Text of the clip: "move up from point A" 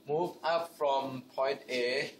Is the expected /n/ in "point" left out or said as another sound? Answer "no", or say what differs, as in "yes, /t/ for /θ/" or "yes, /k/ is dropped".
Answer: no